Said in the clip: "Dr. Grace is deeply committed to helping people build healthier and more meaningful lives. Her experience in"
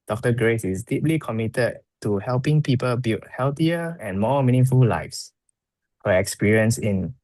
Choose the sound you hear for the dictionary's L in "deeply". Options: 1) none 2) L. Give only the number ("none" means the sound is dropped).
2